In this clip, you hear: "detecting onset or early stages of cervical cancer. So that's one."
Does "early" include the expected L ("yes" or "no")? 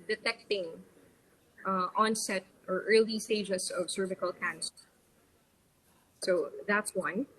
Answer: yes